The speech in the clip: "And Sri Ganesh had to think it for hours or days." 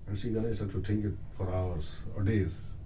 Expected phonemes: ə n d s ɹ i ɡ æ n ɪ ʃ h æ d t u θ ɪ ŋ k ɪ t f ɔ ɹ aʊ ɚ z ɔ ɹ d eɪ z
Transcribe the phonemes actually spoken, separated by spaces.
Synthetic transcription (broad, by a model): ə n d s i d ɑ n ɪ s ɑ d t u t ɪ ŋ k ɪ t f ɔ ɹ aʊ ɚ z ɔ ɹ d eɪ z